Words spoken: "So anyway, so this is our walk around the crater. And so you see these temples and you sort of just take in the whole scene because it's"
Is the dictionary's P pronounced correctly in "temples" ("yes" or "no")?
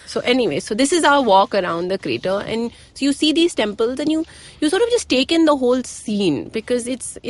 yes